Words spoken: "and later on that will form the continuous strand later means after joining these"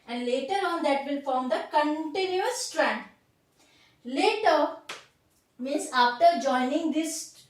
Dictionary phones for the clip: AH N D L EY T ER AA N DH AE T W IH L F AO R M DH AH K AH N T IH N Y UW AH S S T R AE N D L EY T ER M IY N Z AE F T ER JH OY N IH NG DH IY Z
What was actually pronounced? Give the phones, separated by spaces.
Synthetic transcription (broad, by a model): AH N D L EY T ER AA N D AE T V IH L F AO R M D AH K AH N T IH N Y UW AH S S T R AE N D L EY T ER M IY N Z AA F T ER JH OY N IH NG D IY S